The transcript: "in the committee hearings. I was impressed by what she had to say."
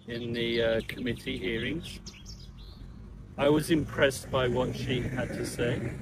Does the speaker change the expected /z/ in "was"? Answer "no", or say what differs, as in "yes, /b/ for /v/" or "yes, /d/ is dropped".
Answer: no